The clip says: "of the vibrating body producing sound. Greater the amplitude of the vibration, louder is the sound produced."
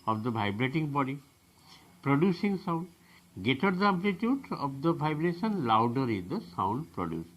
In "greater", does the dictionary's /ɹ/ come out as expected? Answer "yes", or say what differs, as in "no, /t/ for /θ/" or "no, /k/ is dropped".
no, /ɹ/ is dropped